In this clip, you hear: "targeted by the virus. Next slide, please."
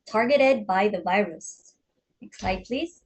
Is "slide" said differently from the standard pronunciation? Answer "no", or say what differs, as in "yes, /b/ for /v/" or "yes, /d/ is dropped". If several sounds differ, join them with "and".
yes, /l/ is dropped